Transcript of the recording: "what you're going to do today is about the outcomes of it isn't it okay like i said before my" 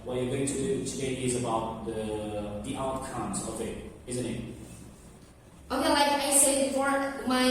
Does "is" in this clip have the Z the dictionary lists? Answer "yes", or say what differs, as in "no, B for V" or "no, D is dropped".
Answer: yes